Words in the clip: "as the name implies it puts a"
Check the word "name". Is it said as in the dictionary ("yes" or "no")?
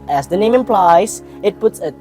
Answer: yes